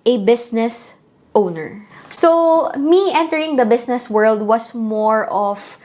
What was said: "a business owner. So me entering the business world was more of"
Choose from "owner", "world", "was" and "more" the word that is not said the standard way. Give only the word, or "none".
was